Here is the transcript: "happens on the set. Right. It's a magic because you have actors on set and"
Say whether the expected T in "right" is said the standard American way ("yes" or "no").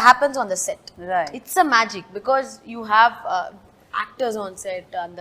no